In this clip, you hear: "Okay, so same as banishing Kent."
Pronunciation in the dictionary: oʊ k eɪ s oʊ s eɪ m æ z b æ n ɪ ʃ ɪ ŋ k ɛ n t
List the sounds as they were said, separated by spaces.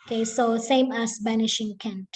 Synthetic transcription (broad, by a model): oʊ k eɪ s oʊ s eɪ m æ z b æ n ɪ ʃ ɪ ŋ k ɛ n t